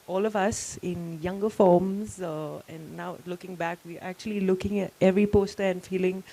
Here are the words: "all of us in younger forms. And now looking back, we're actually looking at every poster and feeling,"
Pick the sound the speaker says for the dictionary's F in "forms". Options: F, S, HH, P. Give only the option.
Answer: F